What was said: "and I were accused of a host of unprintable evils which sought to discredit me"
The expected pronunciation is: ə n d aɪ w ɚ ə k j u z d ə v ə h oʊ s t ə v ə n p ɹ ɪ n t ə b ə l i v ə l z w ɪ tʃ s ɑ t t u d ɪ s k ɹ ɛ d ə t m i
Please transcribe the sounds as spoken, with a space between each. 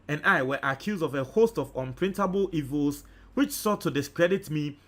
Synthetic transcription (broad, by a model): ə n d aɪ w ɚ ə k j u z d ə v ə h oʊ s t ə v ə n p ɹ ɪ n t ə b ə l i v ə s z w ɪ tʃ s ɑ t t u d ɪ s k ɹ ɛ d ə t m i